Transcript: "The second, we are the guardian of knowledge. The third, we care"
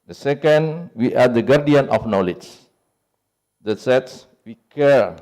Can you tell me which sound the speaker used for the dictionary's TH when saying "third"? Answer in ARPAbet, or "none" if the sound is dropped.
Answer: S